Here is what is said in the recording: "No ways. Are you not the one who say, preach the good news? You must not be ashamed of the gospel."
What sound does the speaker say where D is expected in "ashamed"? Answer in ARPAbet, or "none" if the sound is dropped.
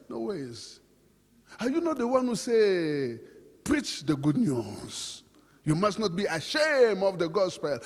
none